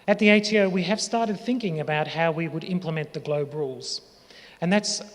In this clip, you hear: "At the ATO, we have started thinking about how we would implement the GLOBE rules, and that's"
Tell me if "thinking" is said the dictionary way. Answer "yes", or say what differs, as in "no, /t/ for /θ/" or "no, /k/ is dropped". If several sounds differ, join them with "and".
yes